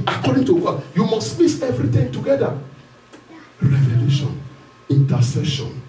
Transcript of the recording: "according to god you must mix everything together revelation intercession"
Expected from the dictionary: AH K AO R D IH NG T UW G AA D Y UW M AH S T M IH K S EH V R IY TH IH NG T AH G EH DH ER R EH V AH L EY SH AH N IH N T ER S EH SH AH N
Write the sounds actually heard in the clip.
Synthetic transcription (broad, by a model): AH K AO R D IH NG T UW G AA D Y UW M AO S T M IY S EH V R IY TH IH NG T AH G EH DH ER R EH V AH L EY SH AH N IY N T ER S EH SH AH N